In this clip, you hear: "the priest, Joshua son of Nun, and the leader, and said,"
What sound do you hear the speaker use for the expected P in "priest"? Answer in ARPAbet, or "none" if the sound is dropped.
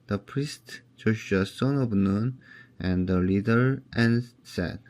P